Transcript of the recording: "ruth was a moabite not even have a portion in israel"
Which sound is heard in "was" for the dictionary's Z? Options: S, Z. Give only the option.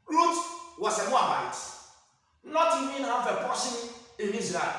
S